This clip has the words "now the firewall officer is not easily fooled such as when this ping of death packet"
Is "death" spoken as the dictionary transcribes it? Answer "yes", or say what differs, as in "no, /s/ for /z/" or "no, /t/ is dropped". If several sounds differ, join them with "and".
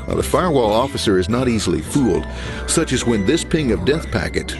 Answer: yes